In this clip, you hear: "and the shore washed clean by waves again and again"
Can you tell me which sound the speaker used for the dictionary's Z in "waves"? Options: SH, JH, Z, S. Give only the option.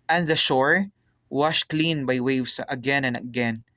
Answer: S